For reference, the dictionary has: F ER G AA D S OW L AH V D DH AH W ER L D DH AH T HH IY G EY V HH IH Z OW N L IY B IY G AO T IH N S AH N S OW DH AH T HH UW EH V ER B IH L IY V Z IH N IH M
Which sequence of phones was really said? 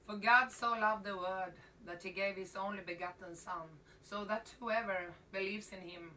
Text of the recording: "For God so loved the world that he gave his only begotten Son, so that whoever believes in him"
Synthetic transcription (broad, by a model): F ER G AA D S OW L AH V DH AH W ER D DH AH T HH IY G EY V HH IH Z OW N L IY B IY G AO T N S AH N S OW DH AH T HH UW EH V ER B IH L IY V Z IH N IH M